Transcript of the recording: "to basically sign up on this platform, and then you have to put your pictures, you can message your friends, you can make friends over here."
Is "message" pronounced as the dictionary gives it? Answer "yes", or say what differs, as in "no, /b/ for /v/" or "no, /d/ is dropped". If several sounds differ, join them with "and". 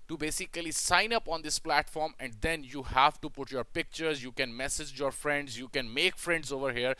yes